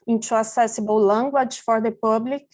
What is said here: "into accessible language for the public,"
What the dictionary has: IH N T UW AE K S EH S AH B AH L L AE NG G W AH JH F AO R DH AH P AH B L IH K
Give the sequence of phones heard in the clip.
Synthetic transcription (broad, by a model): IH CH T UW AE S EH S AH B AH W L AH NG G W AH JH F AO R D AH P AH B L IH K